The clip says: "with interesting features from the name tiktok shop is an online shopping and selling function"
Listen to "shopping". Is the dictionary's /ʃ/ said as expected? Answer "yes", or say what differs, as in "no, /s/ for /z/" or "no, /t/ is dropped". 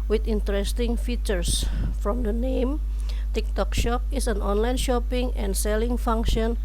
yes